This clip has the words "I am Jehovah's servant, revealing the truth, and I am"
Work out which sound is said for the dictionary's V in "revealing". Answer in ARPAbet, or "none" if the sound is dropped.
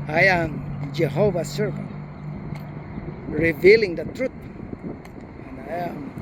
V